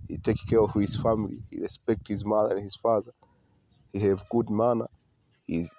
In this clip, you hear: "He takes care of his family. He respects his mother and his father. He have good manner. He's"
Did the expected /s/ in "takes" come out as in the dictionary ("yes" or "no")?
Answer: no